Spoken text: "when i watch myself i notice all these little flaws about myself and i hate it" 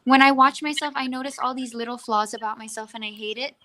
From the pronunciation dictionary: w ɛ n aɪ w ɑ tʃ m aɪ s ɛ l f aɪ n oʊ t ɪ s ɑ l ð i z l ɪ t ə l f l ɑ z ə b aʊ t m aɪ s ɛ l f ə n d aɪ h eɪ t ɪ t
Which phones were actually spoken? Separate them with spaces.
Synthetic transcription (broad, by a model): w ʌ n aɪ w ɑ tʃ m aɪ s ɛ l f aɪ n oʊ t ɪ s ɑ l ð i z l ɪ t l f l ɑ z ə b aʊ t m aɪ s ɛ l f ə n aɪ h eɪ t ɪ t